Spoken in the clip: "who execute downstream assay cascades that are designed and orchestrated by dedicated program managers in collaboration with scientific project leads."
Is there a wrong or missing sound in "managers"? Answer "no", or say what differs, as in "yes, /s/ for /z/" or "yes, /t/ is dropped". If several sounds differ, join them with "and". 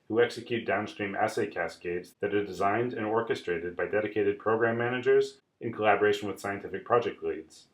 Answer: no